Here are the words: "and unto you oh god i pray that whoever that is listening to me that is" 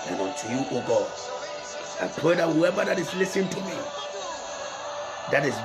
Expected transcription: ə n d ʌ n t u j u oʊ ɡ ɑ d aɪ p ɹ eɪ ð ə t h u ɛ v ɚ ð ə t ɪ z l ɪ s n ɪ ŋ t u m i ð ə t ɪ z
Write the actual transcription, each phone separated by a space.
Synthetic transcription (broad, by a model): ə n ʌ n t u j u oʊ ɡ ɑ d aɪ p ɹ eɪ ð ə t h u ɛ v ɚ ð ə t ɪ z l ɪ s ɪ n t u m i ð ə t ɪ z